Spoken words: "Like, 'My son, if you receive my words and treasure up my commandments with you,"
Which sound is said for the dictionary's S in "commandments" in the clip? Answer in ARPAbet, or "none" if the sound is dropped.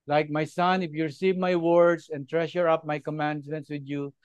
S